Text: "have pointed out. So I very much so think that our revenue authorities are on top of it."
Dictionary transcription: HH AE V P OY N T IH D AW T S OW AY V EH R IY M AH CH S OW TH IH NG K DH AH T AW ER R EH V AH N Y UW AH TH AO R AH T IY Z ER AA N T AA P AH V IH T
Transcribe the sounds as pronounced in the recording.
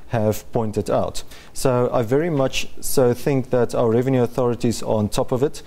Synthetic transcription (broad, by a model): HH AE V P OY N T IH D AW T S OW AY V EH R IY M AH CH S OW TH IH NG K DH AH T AW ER R EH V AH N Y UW AH TH AO R AH T IY Z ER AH N T AA P AH V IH T